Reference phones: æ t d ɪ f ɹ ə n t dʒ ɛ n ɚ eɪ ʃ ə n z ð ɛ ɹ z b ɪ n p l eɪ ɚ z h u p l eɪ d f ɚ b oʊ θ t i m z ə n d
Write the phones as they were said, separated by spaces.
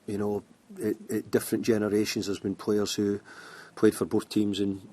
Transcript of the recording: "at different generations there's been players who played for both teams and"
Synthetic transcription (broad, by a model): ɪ t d ɪ f ɹ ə n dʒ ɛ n ɚ eɪ ʃ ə n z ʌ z b ɪ n p l eɪ ɚ z h u p l eɪ d f ɚ b oʊ θ t i m z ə n